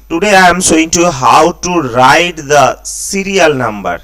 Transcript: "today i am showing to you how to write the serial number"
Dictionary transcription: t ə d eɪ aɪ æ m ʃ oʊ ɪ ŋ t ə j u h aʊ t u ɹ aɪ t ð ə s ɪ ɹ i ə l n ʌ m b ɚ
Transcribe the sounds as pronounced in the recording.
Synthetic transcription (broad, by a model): t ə d eɪ aɪ m s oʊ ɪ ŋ t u h aʊ t u ɹ aɪ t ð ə s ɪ ɹ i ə l n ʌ m b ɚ